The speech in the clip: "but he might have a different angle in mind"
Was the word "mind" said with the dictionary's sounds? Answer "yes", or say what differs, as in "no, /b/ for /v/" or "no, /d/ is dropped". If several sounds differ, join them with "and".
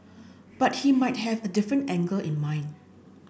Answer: no, /d/ is dropped